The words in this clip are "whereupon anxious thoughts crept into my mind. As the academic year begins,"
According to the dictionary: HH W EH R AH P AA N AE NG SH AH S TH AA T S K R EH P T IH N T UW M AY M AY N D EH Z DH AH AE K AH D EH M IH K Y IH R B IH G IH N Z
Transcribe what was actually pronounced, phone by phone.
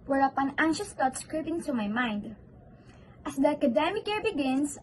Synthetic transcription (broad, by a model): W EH R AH P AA N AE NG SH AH S T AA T S K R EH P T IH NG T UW M AY M AY N D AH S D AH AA K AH D EH M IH K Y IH R B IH G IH N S